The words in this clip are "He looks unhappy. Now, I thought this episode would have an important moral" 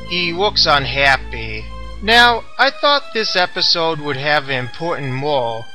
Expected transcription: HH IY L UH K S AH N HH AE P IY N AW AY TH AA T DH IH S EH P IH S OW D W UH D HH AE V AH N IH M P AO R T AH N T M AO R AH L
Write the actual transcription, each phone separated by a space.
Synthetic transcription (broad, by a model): HH IY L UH K S AH N HH AE P IY N AW AY TH AA T DH IH S EH P IH S OW D W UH D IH V AH N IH M P AO R T N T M AO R